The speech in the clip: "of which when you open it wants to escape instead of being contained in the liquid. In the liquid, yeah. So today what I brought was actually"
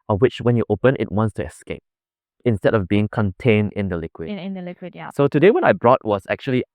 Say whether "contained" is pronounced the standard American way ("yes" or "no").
yes